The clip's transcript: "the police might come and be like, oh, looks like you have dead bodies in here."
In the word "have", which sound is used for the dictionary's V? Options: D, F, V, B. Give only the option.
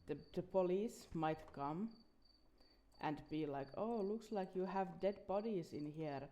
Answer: V